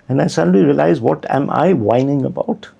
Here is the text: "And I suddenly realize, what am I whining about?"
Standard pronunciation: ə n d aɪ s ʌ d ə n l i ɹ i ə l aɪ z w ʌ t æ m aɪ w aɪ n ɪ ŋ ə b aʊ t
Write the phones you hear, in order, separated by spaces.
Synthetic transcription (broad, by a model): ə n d aɪ s ʌ d ə n l i ɹ i ə l aɪ z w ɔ t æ m aɪ w aɪ n ɪ ŋ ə b aʊ t